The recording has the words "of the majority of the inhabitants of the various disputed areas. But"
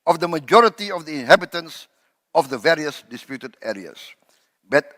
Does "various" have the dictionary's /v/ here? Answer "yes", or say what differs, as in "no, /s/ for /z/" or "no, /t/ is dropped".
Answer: yes